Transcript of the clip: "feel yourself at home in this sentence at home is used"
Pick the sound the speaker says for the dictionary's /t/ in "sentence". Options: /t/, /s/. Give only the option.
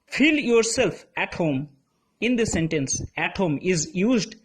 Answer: /t/